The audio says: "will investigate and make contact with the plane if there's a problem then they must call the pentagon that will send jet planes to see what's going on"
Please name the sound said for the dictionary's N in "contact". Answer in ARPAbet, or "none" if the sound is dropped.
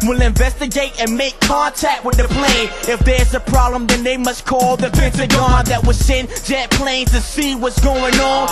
N